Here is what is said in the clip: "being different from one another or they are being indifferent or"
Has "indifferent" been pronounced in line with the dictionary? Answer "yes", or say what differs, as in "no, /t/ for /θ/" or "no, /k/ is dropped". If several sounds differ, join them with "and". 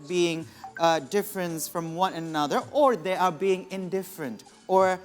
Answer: yes